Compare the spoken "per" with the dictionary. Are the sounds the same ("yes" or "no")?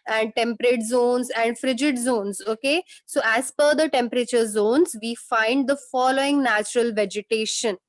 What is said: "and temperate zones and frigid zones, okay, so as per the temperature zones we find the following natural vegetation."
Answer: no